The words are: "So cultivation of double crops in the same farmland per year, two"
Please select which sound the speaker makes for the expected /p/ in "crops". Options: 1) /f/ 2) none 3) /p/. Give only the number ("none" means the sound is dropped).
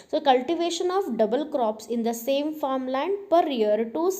3